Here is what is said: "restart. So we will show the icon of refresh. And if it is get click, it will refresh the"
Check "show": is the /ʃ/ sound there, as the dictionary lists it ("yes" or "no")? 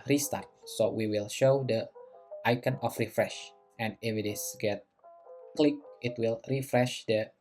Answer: yes